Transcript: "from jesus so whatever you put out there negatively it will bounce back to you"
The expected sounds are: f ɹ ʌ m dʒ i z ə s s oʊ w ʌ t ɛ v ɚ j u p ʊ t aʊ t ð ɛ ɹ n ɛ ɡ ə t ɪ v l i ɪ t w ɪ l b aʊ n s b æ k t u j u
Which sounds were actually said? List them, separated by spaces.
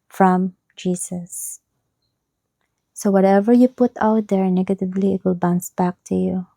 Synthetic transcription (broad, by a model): f ɹ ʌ m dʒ i s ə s s oʊ w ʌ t ɛ v ɚ j u p ʊ t aʊ t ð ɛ ɹ n ɛ ɡ ə t ɪ v l i ɪ t w ɪ l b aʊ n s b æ k t u j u